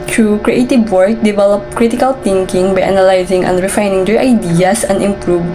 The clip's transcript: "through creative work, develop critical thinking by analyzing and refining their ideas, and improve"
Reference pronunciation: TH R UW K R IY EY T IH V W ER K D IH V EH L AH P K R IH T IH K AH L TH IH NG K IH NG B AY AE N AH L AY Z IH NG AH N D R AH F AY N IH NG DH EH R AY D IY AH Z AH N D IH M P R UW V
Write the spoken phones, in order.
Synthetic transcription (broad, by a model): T R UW K R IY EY T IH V W ER K D IH V EH L AH P K R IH T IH K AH L T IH NG K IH NG B AY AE N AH L AY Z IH NG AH N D R AH F AY N IH NG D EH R AY D IY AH S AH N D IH M P R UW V